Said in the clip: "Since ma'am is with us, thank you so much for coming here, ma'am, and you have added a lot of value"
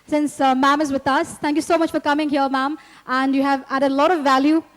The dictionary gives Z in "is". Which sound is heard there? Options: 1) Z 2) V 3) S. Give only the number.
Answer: 1